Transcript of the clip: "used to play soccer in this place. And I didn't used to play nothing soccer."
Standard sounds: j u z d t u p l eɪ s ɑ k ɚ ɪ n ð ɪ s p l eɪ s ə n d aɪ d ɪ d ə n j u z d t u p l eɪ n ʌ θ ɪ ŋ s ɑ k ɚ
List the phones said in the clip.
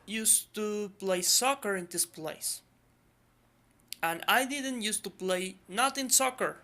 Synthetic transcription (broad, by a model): j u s t u p l eɪ s ɑ k ɚ ɪ n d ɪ s p l eɪ s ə n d aɪ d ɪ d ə n j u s t u p l eɪ n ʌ t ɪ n s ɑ k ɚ